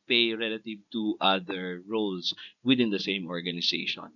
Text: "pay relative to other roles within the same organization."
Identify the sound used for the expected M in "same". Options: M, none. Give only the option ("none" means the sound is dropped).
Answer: M